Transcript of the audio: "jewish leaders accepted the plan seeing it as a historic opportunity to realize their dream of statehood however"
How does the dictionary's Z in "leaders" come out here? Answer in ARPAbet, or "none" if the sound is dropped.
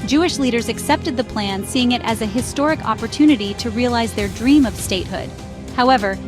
Z